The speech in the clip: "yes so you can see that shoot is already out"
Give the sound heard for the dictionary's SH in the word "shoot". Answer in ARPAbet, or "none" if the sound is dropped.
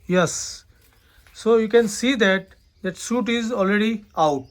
S